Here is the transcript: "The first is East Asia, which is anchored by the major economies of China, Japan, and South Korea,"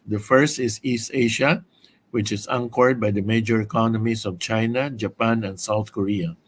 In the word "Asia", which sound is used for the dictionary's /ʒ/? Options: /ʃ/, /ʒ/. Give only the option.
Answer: /ʃ/